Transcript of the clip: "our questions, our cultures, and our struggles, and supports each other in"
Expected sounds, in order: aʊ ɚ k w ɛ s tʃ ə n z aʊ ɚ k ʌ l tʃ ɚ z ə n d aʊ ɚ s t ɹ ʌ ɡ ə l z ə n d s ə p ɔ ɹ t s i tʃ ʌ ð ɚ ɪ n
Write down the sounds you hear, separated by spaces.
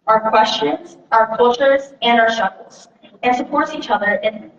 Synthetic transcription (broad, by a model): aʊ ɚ k w ɛ s tʃ ə n z aʊ ɚ k ʌ l tʃ ɚ z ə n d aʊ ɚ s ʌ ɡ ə l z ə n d s ə p ɔ ɹ t s i tʃ ʌ ð ɚ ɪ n